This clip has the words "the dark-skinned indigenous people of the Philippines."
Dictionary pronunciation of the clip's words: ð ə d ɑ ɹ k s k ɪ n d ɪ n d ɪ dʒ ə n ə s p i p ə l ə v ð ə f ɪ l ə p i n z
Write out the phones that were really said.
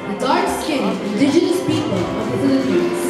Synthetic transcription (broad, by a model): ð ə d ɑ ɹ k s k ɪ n ɪ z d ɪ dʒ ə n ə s p i p ə l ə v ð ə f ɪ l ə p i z